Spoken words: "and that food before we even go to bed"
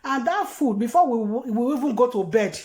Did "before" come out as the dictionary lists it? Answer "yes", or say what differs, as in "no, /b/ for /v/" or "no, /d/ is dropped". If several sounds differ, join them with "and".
no, /w/ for /ɹ/